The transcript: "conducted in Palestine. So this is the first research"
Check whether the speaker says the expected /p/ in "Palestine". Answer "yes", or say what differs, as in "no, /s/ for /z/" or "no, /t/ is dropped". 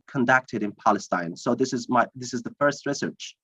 yes